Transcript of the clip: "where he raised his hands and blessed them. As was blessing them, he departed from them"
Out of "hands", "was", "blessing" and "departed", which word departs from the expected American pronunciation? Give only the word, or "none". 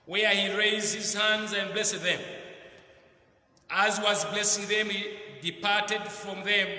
none